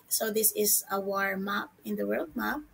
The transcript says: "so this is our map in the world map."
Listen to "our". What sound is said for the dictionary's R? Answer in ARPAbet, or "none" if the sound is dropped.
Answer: R